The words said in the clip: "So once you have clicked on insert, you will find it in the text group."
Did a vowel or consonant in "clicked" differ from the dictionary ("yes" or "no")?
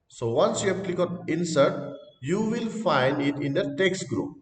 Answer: yes